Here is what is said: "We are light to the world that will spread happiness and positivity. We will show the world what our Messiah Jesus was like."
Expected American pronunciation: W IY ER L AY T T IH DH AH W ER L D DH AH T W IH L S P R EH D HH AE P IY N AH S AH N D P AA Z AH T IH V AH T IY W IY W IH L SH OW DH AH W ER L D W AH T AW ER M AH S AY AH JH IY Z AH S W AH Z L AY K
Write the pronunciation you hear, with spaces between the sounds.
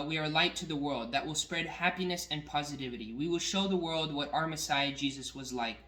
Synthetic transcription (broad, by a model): W IY ER L AY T T IH DH AH W ER L D DH AH T W IH L S P R EH D HH AE P IY N AH S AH N P AA Z AH T IH V AH T IY W IY W IH L SH OW DH AH W ER L D W AH T AW ER M AH S AY AH JH IY Z AH S W AH Z L AY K